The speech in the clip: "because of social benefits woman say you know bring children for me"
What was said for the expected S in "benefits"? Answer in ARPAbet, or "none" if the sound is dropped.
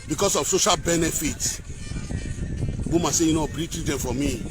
none